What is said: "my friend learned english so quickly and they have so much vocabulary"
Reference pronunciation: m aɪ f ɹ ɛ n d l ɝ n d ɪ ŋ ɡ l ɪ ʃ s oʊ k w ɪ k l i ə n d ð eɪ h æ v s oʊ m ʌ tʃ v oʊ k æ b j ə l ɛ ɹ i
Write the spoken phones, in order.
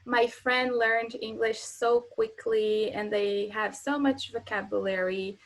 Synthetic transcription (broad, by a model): m aɪ f ɹ ɛ n d l ɝ n d ɪ ŋ ɡ l ɪ ʃ s oʊ k w ɪ k l i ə n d ð eɪ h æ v s oʊ m ʌ tʃ v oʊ k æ b j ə l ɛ ɹ i